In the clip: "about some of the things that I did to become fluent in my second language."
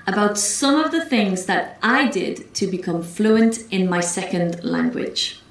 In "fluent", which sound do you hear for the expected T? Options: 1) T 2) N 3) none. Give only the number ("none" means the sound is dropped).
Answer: 1